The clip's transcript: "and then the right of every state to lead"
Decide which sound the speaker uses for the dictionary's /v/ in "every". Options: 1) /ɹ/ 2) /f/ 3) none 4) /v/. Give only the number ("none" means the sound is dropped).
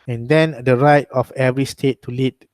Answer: 4